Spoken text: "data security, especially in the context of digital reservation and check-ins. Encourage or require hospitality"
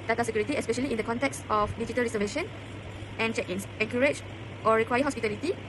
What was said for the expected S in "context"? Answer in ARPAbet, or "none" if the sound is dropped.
S